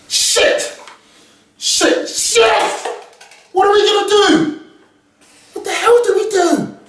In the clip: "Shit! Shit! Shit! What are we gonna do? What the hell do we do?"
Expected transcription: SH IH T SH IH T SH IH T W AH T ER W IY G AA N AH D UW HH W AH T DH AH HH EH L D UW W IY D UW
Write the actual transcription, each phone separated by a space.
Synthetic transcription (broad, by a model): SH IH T SH IH T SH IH W AH T ER W IY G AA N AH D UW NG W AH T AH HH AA W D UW W IY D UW